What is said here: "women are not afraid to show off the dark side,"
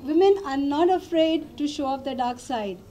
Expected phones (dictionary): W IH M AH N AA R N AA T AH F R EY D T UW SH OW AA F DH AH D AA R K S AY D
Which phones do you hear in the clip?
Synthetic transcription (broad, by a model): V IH M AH N AA R N AA T AH F R EY D T UW SH OW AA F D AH D AA R K S AY D